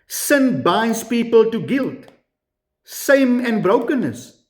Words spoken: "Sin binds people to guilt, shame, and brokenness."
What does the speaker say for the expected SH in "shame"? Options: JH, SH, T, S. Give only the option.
S